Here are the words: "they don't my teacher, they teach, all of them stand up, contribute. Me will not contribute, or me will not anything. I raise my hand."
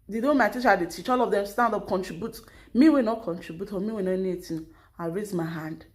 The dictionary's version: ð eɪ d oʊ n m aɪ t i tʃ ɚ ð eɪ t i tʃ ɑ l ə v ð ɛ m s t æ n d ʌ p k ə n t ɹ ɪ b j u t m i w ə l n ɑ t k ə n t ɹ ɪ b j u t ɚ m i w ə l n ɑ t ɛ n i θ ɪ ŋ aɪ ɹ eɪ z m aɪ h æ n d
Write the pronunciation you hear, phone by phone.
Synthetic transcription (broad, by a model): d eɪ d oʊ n m aɪ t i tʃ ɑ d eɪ t i tʃ ɑ l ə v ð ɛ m s t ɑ n d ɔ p k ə n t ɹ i b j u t m i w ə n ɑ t k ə n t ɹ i b j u t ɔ m i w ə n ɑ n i i t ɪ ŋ aɪ ɹ eɪ z m aɪ h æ n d